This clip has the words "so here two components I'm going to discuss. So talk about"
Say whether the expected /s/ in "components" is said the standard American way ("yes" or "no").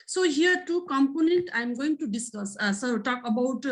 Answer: no